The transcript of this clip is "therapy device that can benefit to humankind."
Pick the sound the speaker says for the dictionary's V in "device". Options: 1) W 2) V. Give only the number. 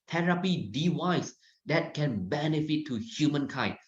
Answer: 1